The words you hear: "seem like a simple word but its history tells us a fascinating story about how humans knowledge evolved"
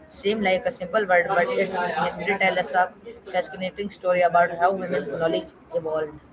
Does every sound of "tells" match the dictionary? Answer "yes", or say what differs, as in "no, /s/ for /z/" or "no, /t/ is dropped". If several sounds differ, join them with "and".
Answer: no, /z/ is dropped